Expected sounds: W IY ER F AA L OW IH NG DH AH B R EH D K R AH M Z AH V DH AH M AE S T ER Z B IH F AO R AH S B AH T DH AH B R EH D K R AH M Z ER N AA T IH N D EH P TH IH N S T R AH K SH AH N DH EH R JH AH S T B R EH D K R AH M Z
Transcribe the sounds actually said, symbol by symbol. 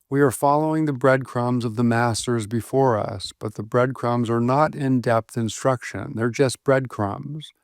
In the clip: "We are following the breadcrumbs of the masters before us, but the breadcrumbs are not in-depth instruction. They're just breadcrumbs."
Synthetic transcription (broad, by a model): W IY ER F AA L OW IH NG DH AH B R EH D K R AH M Z AH V DH AH M AE S T ER Z B IH F AO R AH S B AH T DH AH B R EH D K R AH M Z ER N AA T IH N D EH P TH IH N S T R AH K SH AH N DH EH R JH AH S T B R EH D K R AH M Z